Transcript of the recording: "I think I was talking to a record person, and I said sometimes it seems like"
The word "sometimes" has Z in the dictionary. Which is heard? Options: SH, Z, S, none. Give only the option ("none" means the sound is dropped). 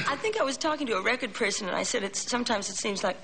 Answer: Z